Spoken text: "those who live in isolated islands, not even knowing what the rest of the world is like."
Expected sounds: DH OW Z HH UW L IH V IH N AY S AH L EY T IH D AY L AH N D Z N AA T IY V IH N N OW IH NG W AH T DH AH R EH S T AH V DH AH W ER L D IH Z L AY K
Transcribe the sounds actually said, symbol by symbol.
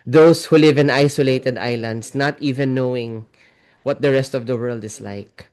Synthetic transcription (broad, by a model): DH OW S HH UW L IH V IH N AY S AH L EY T IH D AY L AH N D S N AA T IY V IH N N OW IH NG W AH T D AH R EH S T AH V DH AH W ER L D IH S L AY K